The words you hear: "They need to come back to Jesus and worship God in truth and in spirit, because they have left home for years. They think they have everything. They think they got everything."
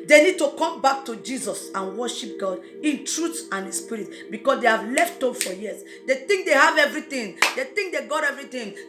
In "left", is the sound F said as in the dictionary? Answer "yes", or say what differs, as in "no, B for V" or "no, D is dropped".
yes